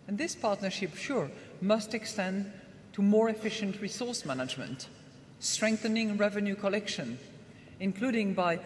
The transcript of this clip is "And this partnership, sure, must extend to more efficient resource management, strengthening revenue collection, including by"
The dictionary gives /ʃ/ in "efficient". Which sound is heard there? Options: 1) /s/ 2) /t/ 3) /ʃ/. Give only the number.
3